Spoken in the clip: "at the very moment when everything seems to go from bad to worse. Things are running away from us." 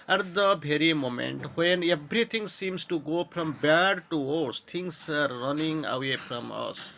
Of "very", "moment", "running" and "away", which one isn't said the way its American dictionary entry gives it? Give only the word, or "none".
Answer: very